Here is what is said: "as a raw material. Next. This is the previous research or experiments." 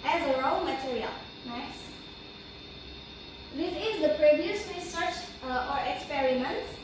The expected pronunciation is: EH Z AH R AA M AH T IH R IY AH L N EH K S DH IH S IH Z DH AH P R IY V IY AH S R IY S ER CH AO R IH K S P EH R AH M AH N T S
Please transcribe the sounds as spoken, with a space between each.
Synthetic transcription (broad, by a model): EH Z AH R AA M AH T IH R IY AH L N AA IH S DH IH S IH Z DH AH P R IY V IY AH S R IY S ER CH AO R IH K S P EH R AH M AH N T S